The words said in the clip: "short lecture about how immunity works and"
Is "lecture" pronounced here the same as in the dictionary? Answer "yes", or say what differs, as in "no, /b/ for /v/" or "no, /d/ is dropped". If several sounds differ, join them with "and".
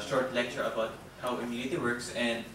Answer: yes